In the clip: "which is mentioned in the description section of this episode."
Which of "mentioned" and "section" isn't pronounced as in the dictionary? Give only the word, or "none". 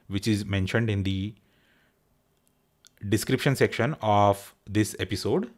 none